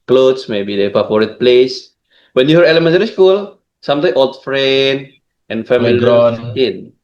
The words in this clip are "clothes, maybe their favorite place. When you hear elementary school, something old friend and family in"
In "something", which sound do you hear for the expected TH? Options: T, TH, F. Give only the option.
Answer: T